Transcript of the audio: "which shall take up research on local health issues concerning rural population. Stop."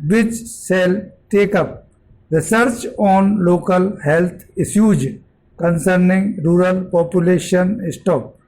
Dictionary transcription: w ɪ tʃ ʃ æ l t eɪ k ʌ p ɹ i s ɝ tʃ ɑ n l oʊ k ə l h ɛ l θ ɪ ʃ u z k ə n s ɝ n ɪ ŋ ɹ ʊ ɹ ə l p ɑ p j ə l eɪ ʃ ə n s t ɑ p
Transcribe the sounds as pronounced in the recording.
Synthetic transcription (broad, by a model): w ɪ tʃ s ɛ l t eɪ k ʌ p ɹ i s ɝ tʃ ɑ n l oʊ k ə l h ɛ l t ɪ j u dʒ k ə n s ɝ n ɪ ŋ ɹ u ɹ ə l p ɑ p j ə l eɪ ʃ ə n s t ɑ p